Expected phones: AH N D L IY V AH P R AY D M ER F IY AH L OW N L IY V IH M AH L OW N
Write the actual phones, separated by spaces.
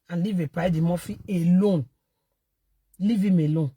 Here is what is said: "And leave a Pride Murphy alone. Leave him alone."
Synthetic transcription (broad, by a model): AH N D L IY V AH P AY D M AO F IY AH L OW N L IY V IH M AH L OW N